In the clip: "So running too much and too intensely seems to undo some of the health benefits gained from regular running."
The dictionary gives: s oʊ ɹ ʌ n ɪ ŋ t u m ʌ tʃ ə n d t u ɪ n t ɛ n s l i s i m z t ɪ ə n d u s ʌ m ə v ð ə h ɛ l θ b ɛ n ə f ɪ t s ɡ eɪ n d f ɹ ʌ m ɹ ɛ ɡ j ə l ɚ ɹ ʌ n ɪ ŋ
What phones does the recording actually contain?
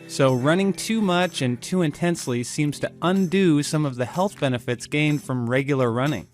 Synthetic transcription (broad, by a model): s oʊ ɹ ʌ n ɪ ŋ t u m ʌ tʃ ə n t u ɪ n t ɛ n s l i s i m z t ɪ ə n d u s ʌ m ə v ð ə h ɛ l θ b ɛ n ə f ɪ t s ɡ eɪ n d f ɹ ʌ m ɹ ɛ ɡ j l ɚ ɹ ʌ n ɪ ŋ